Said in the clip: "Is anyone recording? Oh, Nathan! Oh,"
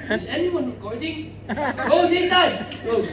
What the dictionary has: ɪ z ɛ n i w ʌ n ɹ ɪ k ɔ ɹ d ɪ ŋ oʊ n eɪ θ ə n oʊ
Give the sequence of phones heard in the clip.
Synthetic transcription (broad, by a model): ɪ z ɛ n i w ʌ n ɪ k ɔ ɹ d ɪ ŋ oʊ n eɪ t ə oʊ